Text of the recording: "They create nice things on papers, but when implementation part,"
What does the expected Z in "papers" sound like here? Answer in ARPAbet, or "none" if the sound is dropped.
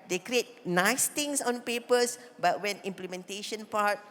S